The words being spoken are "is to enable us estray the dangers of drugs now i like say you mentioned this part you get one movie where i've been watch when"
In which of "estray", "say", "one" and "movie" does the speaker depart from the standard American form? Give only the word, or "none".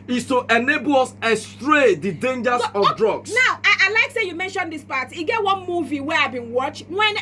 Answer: none